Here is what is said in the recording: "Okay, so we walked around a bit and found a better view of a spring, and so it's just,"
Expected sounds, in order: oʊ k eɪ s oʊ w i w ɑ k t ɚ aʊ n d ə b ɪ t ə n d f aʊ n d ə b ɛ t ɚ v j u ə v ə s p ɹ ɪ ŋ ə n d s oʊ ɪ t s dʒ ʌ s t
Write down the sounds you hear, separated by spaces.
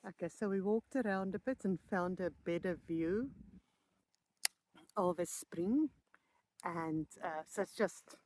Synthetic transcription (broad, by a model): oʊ k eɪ s oʊ w i w ɑ k t ɚ aʊ n d ə b ɪ t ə n f aʊ n d ə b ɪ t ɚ v j u ə v ə s p ɹ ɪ ŋ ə n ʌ s oʊ ɪ t s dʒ ʌ s t